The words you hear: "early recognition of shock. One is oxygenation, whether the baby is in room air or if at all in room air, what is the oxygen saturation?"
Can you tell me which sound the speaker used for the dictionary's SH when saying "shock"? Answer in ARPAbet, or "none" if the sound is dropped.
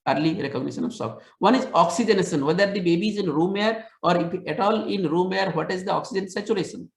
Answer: S